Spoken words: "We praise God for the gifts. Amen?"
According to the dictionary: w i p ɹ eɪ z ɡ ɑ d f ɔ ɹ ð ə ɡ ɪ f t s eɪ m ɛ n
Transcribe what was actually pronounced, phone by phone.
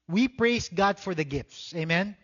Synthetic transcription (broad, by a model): w i p ɹ eɪ s ɡ ɑ d f ɔ ɹ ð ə ɡ ɪ f t s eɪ m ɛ n